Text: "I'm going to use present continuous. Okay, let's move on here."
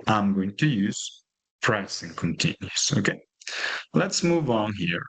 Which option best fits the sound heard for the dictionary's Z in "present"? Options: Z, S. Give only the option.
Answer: S